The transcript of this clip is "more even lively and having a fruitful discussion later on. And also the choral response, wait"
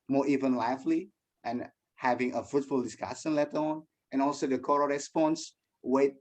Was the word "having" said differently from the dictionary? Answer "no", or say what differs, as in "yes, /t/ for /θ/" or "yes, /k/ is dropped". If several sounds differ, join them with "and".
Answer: no